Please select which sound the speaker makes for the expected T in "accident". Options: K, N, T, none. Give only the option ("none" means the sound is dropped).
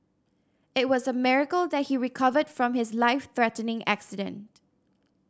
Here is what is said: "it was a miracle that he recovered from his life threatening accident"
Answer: T